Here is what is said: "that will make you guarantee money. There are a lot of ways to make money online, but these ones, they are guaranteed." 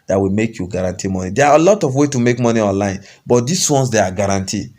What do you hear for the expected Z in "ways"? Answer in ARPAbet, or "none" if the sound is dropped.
none